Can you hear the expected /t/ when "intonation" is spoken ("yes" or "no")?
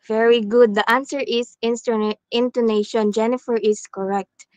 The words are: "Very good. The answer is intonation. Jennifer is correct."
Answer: yes